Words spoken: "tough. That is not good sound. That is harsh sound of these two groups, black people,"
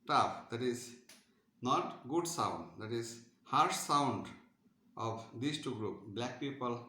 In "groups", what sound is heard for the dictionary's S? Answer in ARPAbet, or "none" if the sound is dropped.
none